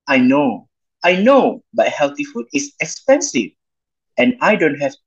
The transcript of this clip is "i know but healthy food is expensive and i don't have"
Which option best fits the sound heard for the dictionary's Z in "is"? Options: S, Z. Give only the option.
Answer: S